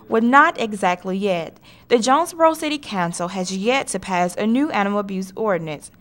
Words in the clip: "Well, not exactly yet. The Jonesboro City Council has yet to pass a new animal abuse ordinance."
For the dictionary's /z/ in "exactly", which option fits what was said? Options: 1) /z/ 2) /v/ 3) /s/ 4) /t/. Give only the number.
1